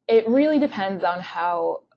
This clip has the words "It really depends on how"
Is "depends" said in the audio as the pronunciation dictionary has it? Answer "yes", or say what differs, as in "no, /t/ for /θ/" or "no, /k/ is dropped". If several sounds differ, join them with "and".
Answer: yes